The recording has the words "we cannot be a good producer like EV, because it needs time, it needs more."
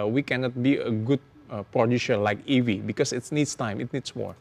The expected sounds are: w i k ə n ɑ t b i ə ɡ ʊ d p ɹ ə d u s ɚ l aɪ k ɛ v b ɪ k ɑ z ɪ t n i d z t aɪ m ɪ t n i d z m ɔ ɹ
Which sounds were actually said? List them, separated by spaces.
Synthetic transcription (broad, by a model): w i k ə n ɑ t b i ə ɡ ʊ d p ɹ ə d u ʃ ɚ l aɪ k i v b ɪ k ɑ s ɪ t n i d s t aɪ m ɪ t n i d s m ɔ ɹ